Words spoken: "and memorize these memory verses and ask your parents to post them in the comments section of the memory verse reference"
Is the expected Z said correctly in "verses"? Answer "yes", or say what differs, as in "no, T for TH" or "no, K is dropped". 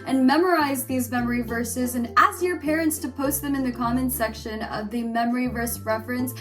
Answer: yes